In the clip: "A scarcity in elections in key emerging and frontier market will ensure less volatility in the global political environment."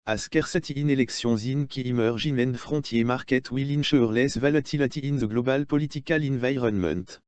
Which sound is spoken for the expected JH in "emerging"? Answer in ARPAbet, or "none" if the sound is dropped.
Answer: ZH